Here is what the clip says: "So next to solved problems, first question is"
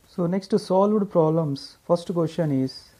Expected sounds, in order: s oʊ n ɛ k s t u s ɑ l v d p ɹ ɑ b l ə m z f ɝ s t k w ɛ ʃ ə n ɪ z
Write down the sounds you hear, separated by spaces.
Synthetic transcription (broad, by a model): s oʊ n ɛ k s t u s ɑ l v d p ɹ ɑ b l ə m s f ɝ s t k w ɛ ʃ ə n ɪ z